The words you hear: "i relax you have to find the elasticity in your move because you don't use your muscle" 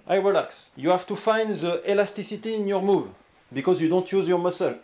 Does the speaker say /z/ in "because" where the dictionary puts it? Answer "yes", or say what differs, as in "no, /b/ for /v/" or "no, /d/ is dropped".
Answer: yes